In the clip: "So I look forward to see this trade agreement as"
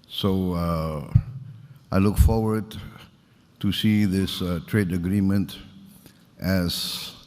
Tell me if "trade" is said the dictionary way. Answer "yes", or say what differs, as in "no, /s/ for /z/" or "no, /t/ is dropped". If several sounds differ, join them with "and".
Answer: yes